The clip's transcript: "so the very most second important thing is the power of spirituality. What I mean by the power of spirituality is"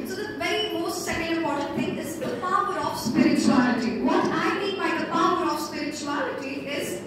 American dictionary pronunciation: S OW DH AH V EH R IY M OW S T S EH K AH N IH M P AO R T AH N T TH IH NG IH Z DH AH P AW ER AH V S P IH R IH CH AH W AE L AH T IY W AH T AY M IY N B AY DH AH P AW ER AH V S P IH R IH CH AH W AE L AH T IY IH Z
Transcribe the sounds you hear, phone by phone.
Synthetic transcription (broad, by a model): S OW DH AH V EH R IY M OW S T S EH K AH IH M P AO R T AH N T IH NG IH Z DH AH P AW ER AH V S P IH R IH CH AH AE L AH T IY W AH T AY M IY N B AY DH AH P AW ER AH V S P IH R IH CH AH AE L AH T IY IH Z